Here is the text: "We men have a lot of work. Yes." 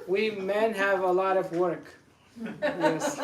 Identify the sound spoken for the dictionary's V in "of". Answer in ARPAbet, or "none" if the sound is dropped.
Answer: V